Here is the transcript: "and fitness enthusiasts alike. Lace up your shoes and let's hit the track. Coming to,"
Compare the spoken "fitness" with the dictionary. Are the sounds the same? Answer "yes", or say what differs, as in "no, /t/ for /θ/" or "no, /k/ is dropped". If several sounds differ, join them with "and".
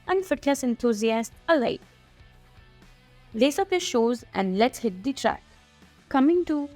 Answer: no, /l/ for /n/